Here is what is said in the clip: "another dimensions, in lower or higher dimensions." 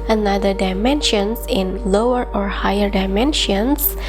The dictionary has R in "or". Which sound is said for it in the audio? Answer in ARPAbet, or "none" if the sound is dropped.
R